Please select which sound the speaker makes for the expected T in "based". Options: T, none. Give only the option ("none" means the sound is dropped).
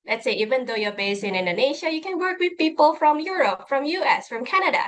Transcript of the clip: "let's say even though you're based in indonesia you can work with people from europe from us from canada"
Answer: none